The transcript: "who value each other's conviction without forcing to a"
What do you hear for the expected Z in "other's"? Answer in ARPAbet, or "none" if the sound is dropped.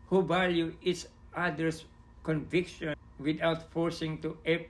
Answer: S